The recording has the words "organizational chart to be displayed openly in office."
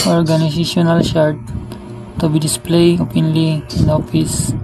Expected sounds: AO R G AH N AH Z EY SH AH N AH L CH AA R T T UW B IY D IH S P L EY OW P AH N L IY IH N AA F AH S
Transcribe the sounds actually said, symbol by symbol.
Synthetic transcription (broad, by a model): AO R G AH N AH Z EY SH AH N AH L SH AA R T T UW B IY D IH S P L EY OW P AH N L IY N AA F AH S